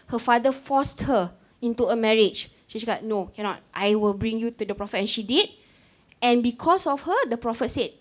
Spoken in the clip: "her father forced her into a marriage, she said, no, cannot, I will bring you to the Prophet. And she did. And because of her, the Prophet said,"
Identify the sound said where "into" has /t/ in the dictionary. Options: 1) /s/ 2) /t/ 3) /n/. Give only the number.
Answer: 2